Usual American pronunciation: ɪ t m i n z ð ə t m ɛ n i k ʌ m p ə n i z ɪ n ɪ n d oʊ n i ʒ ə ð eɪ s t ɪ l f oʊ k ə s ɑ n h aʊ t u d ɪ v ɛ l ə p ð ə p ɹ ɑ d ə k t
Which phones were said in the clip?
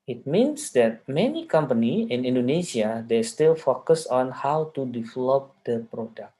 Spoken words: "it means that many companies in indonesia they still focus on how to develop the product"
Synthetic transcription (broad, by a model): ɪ t m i n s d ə t m ɛ n i k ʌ m p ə n i ɪ n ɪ n d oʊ n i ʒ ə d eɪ s t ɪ l f oʊ k ə s ɑ n h aʊ t u d ɪ v ɛ l ə p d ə p ɹ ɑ d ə k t